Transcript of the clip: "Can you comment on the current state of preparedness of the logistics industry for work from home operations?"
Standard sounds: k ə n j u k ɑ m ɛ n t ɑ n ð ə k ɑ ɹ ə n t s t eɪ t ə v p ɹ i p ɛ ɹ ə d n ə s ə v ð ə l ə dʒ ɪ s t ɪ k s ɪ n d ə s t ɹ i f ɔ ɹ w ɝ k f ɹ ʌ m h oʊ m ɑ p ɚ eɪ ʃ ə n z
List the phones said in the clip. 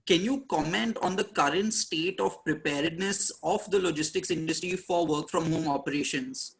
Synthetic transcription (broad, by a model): k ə n j u k ɑ m ɛ n t ɑ n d ə k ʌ ɹ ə n t s t eɪ t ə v p ɹ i p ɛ ɹ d n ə s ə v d ə l ə dʒ ɪ s t ɪ k s ɪ n d ə s t ɹ i f ɔ ɹ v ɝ k f ɹ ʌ m h oʊ m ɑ p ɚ eɪ ʃ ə n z